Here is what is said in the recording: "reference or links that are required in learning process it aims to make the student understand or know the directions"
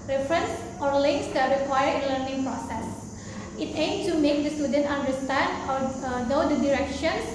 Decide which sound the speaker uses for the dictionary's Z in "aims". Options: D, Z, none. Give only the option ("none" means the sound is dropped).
none